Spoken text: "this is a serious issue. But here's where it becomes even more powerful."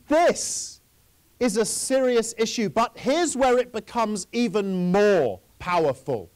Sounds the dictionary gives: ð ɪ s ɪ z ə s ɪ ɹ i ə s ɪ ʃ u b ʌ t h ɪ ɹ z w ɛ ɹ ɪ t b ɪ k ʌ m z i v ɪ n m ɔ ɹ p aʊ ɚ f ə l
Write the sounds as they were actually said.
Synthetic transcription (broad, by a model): ð ɪ s ɪ z ə s ɪ ɹ i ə s ɪ ʃ u b ʌ t h ɪ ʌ z w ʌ ɹ ɪ t b ɪ k ʌ m z i v ɪ n m ɔ p aʊ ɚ f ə l